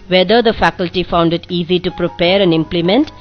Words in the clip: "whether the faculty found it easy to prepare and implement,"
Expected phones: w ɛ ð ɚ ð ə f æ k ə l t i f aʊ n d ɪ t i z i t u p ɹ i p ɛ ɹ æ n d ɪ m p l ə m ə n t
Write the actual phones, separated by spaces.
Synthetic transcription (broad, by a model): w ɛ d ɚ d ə f æ k ə l t i f aʊ n d ɪ t i z i t u p ɹ i p ɛ ɹ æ n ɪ m p l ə m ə n t